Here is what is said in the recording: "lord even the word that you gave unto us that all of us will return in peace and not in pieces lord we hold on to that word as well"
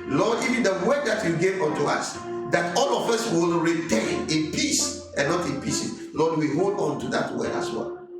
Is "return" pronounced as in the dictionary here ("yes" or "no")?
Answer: no